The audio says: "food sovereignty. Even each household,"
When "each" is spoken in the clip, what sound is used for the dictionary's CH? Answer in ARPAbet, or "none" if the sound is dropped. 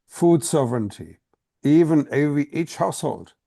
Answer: CH